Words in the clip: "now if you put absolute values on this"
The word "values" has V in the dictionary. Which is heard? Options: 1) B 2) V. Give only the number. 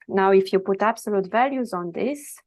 2